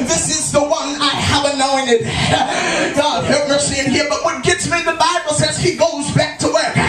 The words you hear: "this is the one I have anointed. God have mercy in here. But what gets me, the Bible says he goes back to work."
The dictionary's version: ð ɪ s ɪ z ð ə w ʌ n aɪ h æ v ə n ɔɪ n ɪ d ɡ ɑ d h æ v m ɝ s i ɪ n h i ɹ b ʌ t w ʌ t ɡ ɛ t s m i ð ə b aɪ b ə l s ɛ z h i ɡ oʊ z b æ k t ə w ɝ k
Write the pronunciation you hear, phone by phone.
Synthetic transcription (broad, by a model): ð ɪ s ɪ z ð ə w ʌ n aɪ h æ v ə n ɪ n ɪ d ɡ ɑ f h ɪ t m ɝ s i ɪ n h i ɹ b ʌ t w ʌ t ɡ ɛ t s m i ð ə b aɪ b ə l s ɛ z h i ɡ oʊ z b æ k t ə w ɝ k